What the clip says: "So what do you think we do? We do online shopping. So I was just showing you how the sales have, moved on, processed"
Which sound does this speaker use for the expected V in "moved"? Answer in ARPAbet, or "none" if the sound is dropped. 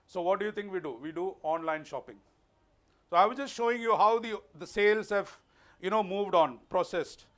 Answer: V